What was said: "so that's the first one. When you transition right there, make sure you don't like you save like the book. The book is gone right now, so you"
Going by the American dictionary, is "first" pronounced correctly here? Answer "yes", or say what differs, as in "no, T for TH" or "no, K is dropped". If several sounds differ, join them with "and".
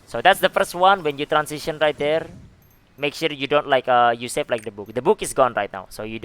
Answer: yes